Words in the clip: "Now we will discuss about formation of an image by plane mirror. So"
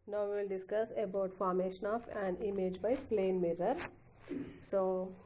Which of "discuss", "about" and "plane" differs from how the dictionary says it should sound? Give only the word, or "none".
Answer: none